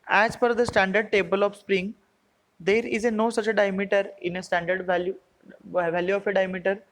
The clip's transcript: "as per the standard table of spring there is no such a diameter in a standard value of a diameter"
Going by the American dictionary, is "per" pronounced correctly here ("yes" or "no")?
no